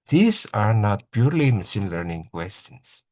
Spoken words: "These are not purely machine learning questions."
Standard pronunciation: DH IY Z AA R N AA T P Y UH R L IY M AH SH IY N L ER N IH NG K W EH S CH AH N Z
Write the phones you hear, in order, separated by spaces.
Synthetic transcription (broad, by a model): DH IY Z AA R N AA T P Y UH R L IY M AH S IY N L ER N IH NG K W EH S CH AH N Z